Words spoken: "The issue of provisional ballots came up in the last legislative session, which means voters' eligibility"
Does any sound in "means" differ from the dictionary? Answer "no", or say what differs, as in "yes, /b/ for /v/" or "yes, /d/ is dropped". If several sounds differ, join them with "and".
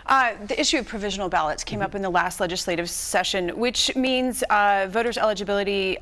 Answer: no